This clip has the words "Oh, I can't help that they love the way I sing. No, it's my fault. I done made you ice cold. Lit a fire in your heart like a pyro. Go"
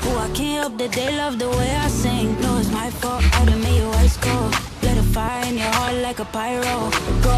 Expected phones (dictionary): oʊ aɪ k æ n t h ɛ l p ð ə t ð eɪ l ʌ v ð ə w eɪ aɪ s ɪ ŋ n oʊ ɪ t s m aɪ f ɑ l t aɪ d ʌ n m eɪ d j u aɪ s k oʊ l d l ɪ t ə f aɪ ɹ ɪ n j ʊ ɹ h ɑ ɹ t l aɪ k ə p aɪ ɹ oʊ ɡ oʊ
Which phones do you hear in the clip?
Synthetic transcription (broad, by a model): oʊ aɪ k æ n t h ɛ l p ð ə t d eɪ l ʌ v ð ə w eɪ aɪ s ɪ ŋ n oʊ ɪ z m aɪ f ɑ t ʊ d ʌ m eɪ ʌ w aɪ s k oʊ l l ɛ t ə f aɪ ɹ ɪ n j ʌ ɹ h ɑ ɹ t l aɪ k ə p aɪ ɹ oʊ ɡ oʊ